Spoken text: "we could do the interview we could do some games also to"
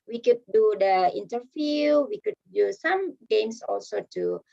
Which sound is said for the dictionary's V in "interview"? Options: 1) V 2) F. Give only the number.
2